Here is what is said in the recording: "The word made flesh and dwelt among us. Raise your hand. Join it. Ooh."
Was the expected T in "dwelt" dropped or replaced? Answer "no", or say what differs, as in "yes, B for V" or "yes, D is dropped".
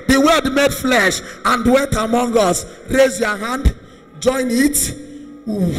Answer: no